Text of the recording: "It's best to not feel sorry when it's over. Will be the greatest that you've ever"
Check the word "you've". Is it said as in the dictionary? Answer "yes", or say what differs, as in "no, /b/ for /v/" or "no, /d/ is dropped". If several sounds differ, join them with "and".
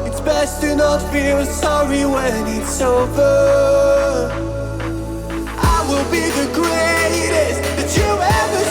no, /v/ is dropped